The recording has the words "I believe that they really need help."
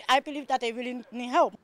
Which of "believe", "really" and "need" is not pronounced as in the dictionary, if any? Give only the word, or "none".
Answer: really